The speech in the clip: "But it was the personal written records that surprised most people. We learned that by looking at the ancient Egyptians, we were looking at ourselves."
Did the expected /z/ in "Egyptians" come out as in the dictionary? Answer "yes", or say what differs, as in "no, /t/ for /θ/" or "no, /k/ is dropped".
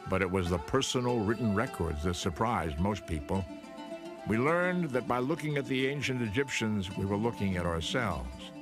yes